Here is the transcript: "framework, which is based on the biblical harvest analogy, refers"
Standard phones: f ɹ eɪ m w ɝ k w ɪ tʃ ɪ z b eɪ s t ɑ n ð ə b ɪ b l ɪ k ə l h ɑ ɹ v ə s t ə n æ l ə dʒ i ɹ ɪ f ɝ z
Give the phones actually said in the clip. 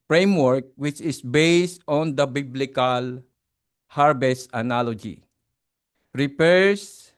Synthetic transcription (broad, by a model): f ɹ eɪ m w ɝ k w ɪ tʃ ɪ s b eɪ s t ɑ n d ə b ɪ b l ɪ k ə l h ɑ ɹ b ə s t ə n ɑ l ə dʒ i ɹ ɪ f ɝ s